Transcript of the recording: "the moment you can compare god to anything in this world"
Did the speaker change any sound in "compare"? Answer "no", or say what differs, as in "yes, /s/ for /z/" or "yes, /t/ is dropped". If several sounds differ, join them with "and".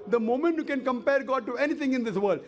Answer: no